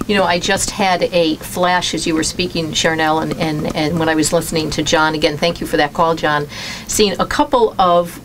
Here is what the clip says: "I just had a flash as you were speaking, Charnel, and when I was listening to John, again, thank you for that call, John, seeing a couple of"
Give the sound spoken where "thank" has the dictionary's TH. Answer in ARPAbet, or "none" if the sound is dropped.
TH